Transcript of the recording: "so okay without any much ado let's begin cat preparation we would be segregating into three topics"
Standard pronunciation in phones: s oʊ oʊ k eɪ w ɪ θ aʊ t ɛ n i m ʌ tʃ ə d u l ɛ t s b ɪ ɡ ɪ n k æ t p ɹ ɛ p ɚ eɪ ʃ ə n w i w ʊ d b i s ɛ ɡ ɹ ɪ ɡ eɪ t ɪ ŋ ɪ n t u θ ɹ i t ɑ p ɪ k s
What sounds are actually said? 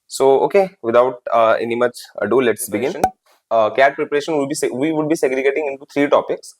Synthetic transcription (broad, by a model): s oʊ oʊ k eɪ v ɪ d aʊ t ɛ n i m ʌ tʃ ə d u l ɛ t s b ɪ ɡ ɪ n k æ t p ɹ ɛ p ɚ eɪ ʃ ə n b i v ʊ d b i s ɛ ɡ ɹ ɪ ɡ eɪ t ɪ ŋ ɪ n t u t ɹ i t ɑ p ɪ k s